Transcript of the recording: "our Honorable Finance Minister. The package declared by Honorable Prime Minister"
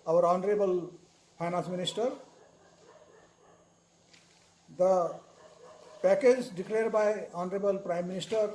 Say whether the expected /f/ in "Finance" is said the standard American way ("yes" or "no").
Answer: no